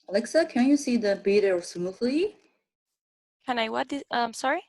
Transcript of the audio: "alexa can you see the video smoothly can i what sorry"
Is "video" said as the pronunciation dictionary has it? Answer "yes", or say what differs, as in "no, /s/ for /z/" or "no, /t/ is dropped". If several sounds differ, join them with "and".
no, /b/ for /v/